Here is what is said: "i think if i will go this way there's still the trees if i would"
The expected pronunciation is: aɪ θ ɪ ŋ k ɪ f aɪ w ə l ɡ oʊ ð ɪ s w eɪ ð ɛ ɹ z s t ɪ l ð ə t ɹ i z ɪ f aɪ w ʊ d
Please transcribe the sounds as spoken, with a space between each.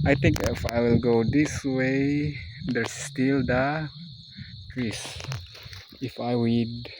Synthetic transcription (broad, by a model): aɪ t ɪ ŋ k ɪ f aɪ w ə l ɡ oʊ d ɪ s w eɪ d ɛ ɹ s t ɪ l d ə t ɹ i s ɪ f aɪ w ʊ d